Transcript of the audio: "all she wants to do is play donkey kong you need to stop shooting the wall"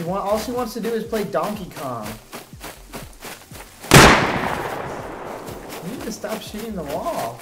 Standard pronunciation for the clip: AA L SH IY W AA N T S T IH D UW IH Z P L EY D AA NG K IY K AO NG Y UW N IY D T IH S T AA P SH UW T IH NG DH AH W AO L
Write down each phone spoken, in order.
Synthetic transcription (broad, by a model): AA L SH IY W AA N T S T IH D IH IH Z P L EY D AA NG K IY K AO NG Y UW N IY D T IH S T AA P SH UW T IH NG DH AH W AO L